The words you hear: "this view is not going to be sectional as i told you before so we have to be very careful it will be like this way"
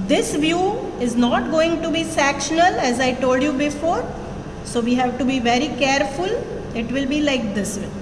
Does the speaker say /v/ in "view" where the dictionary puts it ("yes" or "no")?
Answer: yes